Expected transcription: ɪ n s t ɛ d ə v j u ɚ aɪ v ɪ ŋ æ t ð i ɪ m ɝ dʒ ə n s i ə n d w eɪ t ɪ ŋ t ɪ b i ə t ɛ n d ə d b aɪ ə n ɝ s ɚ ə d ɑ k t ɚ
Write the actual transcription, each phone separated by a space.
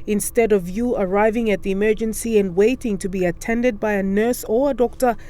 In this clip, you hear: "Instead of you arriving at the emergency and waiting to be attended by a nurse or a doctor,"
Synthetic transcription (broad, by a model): ɪ n s t ɛ d ə v j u ɚ aɪ v ɪ ŋ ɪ t ð i ɪ m ɝ dʒ ə n s i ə n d w eɪ t ɪ ŋ t ɪ b i ə t ɛ n d ə d b aɪ ə n ɝ s ɚ ə d ɑ k t ɚ